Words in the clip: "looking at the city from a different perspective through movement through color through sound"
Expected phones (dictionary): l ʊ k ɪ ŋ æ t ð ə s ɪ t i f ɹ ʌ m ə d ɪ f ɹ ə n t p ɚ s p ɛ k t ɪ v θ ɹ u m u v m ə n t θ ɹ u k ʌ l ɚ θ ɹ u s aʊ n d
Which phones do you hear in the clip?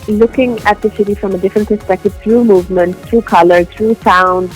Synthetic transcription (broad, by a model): l ʊ k ɪ ŋ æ t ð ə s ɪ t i f ɹ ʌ m ə d ɪ f ɹ ə n t p ɚ s p ɛ k t ɪ v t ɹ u m u v m ə n t t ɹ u k ʌ l ɚ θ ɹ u s aʊ n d